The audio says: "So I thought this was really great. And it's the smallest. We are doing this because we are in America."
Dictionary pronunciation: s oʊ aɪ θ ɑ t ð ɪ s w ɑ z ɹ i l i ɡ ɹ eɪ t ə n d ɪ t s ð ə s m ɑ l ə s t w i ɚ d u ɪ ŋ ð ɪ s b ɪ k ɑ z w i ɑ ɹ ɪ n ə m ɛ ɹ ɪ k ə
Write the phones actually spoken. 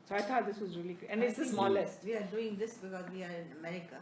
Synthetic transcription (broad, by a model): s oʊ aɪ t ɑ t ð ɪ s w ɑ z ɹ i l i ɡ ʊ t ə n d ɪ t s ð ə s m ɑ l ə s t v i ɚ d u ɪ ŋ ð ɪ s b ɪ k ɑ z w i ɑ ɹ ɪ n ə m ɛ ɹ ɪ k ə